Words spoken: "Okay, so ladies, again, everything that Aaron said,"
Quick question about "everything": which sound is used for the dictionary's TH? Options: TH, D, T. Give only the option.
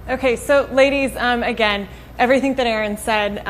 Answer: TH